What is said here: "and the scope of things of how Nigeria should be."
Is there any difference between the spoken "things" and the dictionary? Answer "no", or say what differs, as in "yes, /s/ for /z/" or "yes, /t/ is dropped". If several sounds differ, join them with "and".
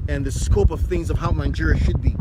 no